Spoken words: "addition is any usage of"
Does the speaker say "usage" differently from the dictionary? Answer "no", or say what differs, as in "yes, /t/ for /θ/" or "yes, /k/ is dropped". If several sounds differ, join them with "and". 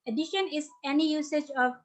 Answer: no